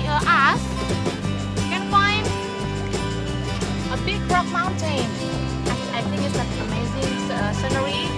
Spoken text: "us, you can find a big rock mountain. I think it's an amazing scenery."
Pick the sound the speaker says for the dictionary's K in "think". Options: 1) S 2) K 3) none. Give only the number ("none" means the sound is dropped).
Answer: 3